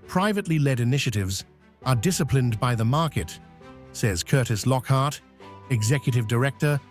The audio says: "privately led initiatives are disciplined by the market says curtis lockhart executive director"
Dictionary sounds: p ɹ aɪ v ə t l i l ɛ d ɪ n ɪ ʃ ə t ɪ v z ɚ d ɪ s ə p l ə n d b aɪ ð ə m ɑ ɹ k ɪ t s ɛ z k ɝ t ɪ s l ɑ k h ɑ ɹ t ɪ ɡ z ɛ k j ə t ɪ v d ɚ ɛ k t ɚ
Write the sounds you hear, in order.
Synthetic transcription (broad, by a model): p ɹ aɪ v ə t l i l ɛ d ɪ n ɪ ʃ ə t ɪ v z ɚ d ɪ s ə p l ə n b aɪ ð ə m ɑ ɹ k ɪ t s ɛ z k ɝ t ɪ s l ɑ k h ɑ ɹ t ɪ ɡ z ɛ k j ə t ɪ v d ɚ ɛ k t ɚ